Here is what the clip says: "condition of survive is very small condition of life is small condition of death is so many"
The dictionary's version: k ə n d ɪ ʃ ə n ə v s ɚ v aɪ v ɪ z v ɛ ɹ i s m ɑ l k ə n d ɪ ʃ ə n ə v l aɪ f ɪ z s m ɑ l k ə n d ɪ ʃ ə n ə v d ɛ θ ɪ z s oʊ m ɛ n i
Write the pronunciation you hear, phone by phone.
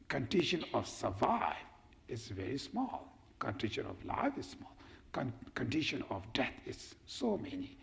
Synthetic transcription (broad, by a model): k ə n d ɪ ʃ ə n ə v s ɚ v aɪ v ɪ z v ɛ ɹ i s m ɑ l k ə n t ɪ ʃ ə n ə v l aɪ f ɪ z s m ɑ l k ə n d ɪ ʃ ə n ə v d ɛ t ɪ z s oʊ m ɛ n i